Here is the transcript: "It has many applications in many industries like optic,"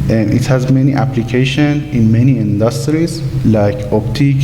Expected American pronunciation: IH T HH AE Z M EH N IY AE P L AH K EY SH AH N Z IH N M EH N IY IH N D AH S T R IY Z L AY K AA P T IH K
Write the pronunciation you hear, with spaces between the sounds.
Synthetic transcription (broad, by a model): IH T HH AE Z M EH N IY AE P L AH K EY SH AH N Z IH N M EH N IY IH N D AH S T R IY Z L AY K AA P T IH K